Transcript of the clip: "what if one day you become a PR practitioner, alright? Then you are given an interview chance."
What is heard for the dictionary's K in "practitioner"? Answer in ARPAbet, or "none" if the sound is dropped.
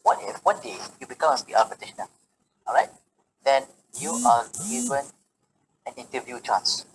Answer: none